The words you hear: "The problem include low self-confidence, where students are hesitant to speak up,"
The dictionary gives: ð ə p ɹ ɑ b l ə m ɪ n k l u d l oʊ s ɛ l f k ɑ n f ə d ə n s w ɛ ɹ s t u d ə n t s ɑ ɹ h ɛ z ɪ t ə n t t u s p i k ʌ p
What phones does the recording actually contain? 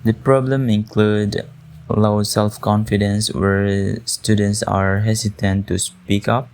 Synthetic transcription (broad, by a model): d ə p ɹ ɑ b l ə m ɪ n k l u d l oʊ s ɛ l f k ɑ n f ə d ə n s w ɛ ɹ s t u d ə n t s ɑ ɹ h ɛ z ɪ t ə n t t u s p i k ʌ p